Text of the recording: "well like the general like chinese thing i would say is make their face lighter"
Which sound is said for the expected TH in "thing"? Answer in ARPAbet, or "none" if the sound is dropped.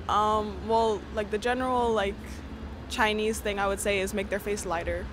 TH